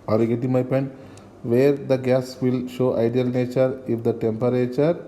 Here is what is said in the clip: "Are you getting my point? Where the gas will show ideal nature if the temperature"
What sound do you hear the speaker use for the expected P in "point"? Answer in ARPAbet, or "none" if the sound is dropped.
P